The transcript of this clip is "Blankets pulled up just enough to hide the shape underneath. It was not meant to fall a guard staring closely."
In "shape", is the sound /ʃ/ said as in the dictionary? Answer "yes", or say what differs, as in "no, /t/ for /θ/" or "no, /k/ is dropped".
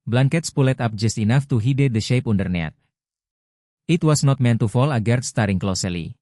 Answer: yes